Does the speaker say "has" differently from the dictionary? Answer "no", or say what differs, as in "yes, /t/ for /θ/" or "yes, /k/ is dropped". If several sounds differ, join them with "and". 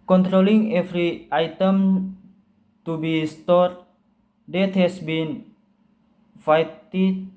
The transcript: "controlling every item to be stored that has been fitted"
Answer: yes, /s/ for /z/